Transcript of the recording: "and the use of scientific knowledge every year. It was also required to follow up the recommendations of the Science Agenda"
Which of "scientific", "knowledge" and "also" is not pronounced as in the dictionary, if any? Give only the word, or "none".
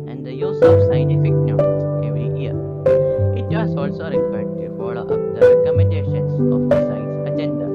knowledge